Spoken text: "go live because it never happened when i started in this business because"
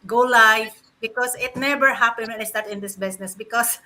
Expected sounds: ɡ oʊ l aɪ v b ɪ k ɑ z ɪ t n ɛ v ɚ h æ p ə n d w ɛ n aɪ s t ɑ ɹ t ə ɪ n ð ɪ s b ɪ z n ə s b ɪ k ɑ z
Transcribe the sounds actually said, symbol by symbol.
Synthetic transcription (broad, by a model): ɡ oʊ l aɪ f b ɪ k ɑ s ɪ t n ɛ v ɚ h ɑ p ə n w ɛ n aɪ s t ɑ ɹ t ɪ n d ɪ s b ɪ s n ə s b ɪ k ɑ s